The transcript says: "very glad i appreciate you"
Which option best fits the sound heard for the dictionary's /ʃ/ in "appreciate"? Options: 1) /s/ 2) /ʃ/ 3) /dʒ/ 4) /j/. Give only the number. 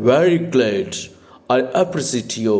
1